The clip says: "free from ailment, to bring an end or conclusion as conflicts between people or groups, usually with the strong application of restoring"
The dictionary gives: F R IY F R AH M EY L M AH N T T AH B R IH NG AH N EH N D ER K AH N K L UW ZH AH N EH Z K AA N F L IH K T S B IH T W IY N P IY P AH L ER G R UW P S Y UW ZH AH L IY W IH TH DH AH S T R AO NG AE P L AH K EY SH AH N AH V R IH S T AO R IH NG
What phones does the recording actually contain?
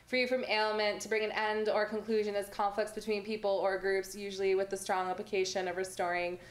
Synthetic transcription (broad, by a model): F R IY F R AH M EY L M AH N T T AH B R IH NG AH N EH N D ER K AH N K L UW ZH AH N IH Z K AA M F L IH K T S B IH T W IY N P IY P L ER G R UW P S Y UW ZH L IY W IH DH AH S T R AO NG AE P L AH K EY SH AH N AH V R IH S T AO R IH NG